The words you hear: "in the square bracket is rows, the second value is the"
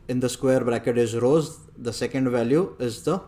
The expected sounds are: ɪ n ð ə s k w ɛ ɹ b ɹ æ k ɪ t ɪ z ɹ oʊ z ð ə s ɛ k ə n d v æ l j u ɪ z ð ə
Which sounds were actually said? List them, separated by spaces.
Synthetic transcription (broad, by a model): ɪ n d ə s k w ɛ ɹ b ɹ æ k ɪ t ɪ z ɹ oʊ z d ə s ɛ k ə n d v æ l j u ɪ z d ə